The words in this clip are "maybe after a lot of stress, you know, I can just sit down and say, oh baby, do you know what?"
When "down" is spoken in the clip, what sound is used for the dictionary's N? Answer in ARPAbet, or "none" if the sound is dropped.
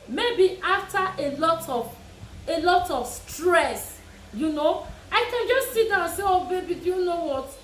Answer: none